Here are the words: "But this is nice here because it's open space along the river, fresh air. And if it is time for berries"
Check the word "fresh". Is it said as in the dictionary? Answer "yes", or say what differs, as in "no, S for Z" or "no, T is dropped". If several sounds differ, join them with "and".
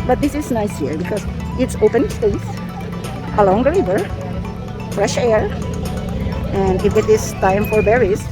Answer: yes